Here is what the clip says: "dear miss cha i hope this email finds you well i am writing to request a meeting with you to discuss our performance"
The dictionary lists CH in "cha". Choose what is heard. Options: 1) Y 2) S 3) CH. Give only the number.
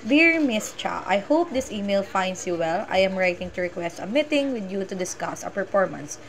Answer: 3